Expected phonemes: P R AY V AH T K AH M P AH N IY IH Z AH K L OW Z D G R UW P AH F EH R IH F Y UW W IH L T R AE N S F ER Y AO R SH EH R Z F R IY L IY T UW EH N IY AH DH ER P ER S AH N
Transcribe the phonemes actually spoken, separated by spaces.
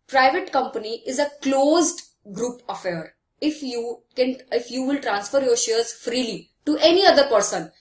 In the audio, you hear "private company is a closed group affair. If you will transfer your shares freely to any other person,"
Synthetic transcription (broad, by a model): P R AY V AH T K AH M P AH N IY IH Z AH K L OW Z D G R UW P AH F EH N IH F Y UW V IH L T R AE N S F ER Y AO R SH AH R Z F R IY L IY T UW EH N IY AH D ER P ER S AH N